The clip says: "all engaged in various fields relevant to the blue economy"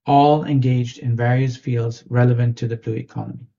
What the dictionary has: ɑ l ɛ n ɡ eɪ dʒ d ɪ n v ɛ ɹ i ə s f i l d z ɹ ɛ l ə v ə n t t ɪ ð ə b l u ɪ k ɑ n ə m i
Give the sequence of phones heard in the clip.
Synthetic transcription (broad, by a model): ɑ l ɛ n ɡ eɪ dʒ d ɪ n v ɛ ɹ i ə s f i l d z ɹ ɛ l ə v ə n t t ɪ ð ə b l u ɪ k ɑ n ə m i